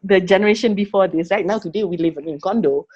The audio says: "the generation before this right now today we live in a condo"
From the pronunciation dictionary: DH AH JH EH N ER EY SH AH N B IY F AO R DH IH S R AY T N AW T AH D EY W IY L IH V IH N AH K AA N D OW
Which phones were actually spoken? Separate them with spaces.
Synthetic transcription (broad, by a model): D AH JH EH N ER EY SH AH N B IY F AO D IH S L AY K N AW T AH D EY W IY L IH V IH N K AA N D OW